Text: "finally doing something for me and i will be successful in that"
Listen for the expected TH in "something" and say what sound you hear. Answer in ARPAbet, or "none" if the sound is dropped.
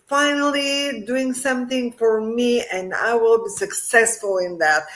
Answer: TH